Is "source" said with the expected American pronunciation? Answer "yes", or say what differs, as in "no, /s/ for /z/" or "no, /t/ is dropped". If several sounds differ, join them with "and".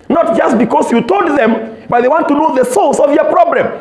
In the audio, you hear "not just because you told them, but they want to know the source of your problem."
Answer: no, /l/ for /ɹ/